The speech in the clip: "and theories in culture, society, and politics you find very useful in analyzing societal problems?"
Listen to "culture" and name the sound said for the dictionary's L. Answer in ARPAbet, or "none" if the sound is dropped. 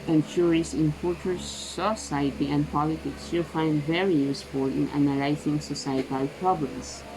none